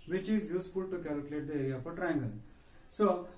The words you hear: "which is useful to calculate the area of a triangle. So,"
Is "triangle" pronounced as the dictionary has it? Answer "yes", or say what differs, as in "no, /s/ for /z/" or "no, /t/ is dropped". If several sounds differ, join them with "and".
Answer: no, /n/ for /l/